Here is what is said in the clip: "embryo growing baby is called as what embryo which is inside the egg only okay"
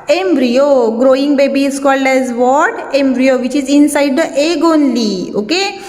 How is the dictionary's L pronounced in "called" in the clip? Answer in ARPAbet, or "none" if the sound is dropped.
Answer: L